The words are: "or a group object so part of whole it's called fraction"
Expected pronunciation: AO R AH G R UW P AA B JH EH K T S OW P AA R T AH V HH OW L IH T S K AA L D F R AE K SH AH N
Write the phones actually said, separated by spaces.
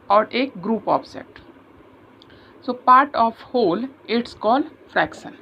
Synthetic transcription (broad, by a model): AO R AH G R UW P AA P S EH T S OW P AA R T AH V HH OW L IH T S K AA L D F R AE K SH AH N